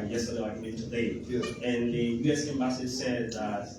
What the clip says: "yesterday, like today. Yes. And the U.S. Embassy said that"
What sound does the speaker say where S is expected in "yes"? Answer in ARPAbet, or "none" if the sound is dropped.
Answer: none